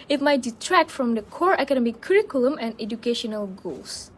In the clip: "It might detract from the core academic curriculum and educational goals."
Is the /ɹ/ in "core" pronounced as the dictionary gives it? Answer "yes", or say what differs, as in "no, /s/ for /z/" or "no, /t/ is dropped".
yes